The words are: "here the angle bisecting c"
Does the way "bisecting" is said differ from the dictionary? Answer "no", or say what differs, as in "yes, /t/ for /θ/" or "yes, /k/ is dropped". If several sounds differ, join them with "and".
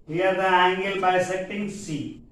yes, /k/ is dropped